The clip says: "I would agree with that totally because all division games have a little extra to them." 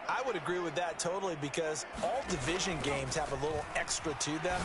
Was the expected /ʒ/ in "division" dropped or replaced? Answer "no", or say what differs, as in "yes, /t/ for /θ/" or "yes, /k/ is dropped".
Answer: no